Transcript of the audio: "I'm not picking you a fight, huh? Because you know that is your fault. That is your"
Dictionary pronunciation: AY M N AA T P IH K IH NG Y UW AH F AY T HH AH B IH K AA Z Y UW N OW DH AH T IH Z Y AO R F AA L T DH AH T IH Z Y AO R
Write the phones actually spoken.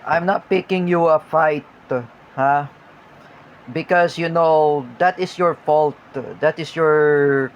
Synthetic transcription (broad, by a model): AY M N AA T P IH K IH NG Y UW AH F AY T HH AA B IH K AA S Y UW N OW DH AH T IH S Y AO R F AA L T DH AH T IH S Y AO R